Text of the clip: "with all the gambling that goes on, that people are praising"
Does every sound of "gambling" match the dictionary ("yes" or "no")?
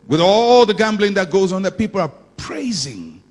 yes